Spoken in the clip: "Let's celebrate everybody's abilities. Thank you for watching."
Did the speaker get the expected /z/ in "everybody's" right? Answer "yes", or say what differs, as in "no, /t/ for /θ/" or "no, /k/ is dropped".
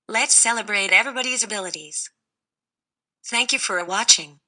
yes